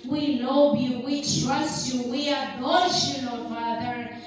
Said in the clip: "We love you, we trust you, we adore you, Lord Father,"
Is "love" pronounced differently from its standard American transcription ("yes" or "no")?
yes